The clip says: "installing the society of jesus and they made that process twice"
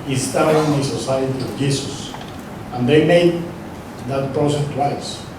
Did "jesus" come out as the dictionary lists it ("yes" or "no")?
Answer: no